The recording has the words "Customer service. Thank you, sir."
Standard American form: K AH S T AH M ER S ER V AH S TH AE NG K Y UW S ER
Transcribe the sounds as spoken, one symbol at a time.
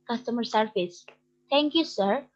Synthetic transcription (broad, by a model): K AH S T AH M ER S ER F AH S T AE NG K Y UW S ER